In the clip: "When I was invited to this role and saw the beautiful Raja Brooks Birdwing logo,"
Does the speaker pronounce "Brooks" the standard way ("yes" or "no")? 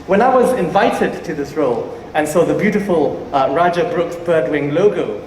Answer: yes